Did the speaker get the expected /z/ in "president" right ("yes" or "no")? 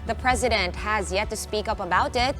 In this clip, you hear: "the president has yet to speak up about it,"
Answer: yes